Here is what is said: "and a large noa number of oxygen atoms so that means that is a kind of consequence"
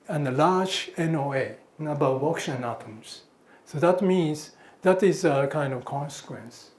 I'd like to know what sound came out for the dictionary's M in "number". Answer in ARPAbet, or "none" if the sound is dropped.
none